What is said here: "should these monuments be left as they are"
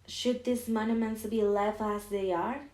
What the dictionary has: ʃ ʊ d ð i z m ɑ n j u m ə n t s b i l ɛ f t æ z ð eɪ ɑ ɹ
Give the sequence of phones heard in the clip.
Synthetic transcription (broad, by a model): ʃ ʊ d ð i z m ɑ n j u m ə n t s b i l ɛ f æ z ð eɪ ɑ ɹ